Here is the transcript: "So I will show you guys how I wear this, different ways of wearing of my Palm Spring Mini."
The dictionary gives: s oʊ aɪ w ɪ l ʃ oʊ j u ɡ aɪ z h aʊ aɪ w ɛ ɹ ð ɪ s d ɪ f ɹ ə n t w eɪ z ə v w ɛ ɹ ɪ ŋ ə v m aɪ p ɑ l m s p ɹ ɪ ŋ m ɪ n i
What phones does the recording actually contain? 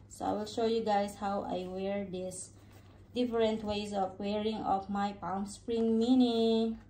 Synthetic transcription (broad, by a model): s oʊ aɪ w ɪ l ʃ oʊ j u ɡ aɪ s h aʊ aɪ w ɛ ɹ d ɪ s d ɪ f ɹ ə n t w eɪ s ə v w ɛ ɹ ɪ ŋ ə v m aɪ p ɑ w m s p ɹ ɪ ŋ m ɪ n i